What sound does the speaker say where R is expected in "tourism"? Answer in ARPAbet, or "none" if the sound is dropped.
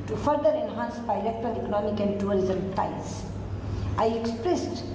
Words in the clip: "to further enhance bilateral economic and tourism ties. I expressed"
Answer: L